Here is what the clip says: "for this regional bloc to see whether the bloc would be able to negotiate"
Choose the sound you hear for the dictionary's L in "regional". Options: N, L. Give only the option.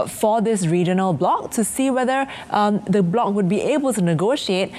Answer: L